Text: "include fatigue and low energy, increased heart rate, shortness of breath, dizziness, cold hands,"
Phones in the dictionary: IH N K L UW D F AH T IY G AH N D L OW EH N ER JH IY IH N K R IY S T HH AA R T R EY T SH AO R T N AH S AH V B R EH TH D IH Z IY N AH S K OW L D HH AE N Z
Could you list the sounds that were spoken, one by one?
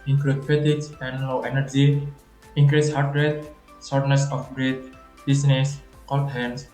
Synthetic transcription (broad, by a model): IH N K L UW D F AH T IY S AH N D L OW EH N ER JH IY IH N K R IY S HH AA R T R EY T S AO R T N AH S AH F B R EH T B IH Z N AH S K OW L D HH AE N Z